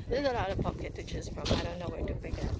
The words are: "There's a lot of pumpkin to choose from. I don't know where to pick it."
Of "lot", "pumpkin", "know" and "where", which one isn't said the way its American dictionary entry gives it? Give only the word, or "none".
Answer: pumpkin